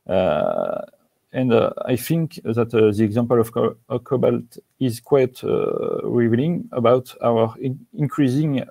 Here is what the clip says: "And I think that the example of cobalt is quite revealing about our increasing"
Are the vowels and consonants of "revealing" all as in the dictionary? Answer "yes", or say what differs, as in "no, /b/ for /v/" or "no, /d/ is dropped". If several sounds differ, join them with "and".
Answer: no, /n/ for /l/